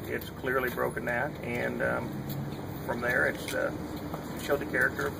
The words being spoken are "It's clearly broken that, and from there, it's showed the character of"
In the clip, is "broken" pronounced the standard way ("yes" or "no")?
yes